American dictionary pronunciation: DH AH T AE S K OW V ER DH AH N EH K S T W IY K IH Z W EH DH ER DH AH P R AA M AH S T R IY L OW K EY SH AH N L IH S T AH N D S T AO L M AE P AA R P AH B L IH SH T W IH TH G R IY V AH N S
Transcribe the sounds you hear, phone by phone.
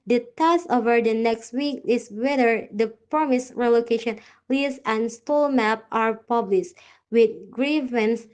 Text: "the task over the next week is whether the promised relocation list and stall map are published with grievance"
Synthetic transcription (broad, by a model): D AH T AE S OW V ER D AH N EH K S T W IY K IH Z W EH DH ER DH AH P R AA M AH S R IY L OW K EY SH AH N L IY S AH N S T AO L M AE P AA R P AH B L IH SH T W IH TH G R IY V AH N S